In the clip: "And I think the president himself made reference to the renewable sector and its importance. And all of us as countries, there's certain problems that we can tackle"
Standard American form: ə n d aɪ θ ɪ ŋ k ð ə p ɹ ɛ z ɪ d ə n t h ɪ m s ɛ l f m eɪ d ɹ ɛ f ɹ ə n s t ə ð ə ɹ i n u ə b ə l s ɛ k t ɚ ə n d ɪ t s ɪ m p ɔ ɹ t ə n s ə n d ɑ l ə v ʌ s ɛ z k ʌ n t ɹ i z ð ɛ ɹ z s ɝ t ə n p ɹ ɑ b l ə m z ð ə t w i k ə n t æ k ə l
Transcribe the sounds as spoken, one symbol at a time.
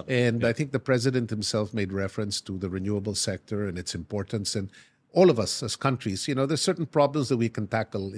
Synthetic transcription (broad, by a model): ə n d aɪ θ ɪ ŋ k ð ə p ɹ ɛ z ɪ d ə n t h ɪ m s ɛ l f m eɪ d ɹ ɛ f ɹ ə n s t ə ð ə ɹ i n u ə b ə l s ɛ k t ɚ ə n ɪ t s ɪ m p ɔ ɹ t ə n s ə n ɑ l ə v ʌ s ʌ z k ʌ n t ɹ i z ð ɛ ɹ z s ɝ t n p ɹ ɑ b l ə m z ð ə t w i k ə n t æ k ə l